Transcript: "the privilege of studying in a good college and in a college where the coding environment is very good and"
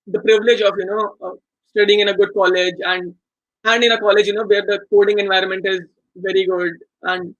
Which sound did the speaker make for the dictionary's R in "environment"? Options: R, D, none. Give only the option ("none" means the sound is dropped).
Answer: R